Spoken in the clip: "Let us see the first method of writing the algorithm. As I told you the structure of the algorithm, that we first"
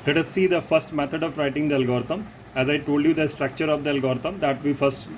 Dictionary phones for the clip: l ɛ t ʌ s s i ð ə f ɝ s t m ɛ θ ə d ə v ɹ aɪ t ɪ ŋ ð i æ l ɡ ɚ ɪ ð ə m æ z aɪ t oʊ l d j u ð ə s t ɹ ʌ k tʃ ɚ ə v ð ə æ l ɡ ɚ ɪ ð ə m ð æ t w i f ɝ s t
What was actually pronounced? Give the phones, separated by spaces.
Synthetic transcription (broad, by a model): l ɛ t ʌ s s i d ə f ɝ s t m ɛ t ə d ə v ɹ aɪ t ɪ ŋ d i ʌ l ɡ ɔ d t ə m æ z aɪ t oʊ l d j u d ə s t ɹ ʌ k tʃ ɚ ə v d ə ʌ l ɡ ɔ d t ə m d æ t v i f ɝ s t